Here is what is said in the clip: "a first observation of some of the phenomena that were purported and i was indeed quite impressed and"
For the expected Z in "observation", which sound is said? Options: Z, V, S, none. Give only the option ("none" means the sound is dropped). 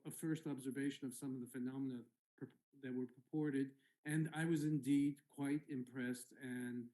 Z